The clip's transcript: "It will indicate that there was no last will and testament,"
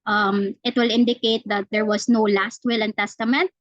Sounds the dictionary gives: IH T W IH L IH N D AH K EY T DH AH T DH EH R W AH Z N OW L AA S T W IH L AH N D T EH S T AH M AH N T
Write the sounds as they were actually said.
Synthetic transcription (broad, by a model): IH T W IH L IH N D AH K EY T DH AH T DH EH R W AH S N OW L AA S T W IH L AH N T EH S T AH M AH N T